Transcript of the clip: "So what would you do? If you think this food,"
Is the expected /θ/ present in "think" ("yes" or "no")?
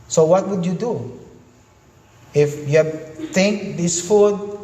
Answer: no